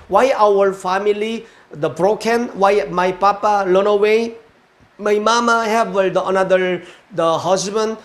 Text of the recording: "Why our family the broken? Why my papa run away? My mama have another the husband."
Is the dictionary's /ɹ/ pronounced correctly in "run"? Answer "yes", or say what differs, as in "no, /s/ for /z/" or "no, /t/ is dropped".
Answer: no, /l/ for /ɹ/